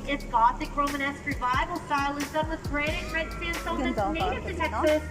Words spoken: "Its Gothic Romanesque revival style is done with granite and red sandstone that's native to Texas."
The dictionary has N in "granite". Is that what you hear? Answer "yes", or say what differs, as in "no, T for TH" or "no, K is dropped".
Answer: no, N is dropped